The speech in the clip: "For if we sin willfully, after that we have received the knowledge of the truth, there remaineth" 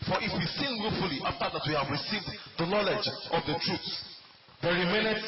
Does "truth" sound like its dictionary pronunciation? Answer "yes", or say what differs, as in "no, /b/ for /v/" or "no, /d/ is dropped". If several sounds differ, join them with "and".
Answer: no, /s/ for /θ/